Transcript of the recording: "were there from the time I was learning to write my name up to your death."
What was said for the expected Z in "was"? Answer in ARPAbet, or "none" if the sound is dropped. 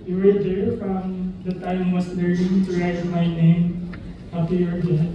S